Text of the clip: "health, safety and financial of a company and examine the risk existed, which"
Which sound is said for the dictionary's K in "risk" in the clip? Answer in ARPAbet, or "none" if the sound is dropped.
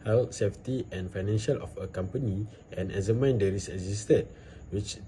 none